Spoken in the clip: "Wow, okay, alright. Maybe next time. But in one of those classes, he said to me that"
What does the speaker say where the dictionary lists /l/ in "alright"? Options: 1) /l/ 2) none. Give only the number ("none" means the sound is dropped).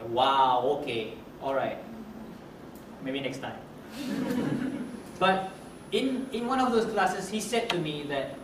1